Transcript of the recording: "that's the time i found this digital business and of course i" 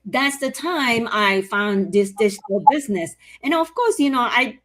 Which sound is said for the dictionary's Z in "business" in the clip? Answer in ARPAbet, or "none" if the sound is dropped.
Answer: Z